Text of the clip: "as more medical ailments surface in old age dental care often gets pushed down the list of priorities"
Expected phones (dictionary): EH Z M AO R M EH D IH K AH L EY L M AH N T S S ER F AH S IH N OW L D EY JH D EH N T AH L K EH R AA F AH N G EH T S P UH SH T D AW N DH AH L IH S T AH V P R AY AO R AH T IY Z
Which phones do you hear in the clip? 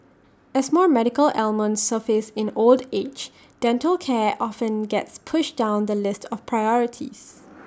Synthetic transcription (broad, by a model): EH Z M AO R M EH D IH K AH L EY L M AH N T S S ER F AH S IH N OW L D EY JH D EH N T AH L K EH AA F AH N G EH T S P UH SH D AW N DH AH L IH S T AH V P R AY AO R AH T IY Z